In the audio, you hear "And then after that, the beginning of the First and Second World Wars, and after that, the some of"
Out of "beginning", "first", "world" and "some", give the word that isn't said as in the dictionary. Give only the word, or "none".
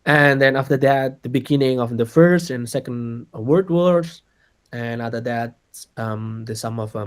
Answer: world